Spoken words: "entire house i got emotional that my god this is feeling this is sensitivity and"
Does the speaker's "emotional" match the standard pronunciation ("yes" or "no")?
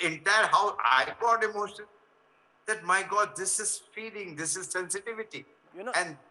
no